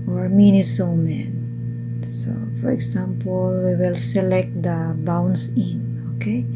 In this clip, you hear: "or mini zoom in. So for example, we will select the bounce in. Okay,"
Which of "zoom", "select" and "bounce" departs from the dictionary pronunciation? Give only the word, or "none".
zoom